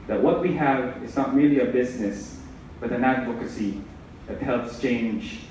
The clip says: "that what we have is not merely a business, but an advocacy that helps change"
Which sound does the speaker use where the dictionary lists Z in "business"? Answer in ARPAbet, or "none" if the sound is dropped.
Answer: Z